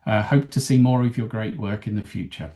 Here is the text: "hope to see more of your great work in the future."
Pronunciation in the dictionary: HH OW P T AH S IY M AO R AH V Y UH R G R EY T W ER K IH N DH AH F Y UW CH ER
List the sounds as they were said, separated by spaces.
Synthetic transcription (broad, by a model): HH OW P T AH S IY M AO R AH V Y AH G R EY T W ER K IH N DH AH F Y UW CH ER